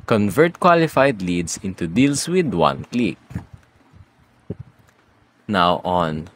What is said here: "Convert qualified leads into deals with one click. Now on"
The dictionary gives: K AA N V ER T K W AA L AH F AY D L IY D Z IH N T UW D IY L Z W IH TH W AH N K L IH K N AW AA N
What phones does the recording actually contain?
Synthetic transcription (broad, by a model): K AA N V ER T K W AA L AH F AY D L IY D S IH N T UW D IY L S W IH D W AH N K L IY K N AW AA N